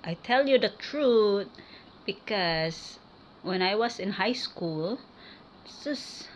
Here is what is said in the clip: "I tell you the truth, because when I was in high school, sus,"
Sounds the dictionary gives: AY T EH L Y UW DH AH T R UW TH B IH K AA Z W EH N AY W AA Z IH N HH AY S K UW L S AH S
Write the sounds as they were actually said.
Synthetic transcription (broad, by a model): AY T EH L Y UW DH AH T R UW T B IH K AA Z W EH N AY W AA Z IH N HH AY S K UW L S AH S